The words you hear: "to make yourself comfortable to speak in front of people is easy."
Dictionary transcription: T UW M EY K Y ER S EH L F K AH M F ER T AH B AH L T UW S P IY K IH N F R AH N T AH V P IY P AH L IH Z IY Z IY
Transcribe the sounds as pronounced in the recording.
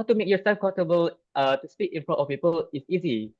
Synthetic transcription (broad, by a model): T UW M EY K Y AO S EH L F K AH F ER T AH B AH L T UW S P IY K IH N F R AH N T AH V P IY P AH L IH S IY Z IY